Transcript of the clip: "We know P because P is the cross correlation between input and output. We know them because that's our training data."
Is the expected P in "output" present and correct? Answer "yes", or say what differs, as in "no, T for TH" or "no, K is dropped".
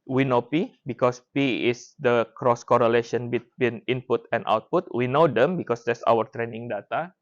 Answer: yes